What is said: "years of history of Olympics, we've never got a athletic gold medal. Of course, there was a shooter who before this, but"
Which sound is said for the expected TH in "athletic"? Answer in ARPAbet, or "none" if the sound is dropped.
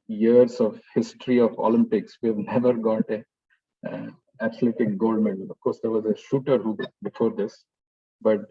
T